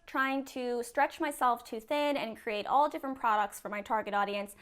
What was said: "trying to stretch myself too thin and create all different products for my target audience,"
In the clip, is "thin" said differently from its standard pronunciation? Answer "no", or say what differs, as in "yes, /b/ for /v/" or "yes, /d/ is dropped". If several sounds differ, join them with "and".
no